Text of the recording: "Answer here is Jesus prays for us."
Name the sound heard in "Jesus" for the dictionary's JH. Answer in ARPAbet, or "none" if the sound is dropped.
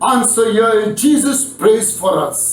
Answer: JH